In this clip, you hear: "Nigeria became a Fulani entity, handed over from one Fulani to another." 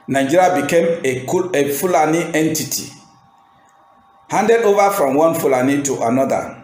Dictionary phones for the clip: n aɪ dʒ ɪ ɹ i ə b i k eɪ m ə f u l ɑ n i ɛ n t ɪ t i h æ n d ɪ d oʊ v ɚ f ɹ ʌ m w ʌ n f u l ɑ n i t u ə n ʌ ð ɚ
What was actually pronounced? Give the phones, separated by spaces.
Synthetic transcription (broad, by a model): n aɪ dʒ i ɹ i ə b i k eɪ m ə f u l ɑ n i ɛ n t ɪ t i h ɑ n d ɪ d oʊ v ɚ f ɹ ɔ m w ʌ n f u l ɑ n i t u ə n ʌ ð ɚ